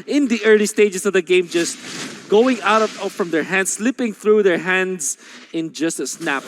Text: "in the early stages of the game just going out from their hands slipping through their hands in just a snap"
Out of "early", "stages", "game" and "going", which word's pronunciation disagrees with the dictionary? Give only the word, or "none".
stages